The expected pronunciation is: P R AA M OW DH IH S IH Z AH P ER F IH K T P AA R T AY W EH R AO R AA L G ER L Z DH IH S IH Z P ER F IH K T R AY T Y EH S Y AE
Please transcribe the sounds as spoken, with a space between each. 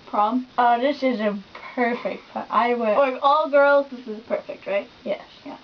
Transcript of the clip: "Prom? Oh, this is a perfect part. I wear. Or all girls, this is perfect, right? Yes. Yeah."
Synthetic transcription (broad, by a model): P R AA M OW DH IH S IH Z AH P ER F IH K T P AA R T AY W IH L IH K AA L G ER L Z DH IH S IH Z P ER F IH K T R AY T Y EH S Y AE